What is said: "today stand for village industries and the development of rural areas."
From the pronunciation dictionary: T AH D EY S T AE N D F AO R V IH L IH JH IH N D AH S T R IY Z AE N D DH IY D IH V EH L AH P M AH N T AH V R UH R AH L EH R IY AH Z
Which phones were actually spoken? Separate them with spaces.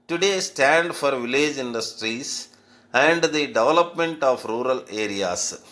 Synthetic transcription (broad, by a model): T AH D EY S T AE N D F AO R V IH L IH JH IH N D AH S T R IY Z AE N D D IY D IH V EH L AH P M AH N T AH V R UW R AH L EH R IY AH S